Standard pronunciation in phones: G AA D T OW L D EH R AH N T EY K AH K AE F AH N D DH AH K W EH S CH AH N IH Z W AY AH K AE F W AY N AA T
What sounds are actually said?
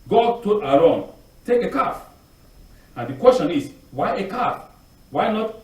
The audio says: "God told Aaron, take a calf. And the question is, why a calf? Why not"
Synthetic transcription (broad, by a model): G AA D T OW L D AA L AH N T EY K AH K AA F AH N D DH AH K W EH S CH AH N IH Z W AY AH K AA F W AY N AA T